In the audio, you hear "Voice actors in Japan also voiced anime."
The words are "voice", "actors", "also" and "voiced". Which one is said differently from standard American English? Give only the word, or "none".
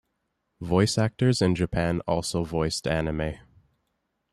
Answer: none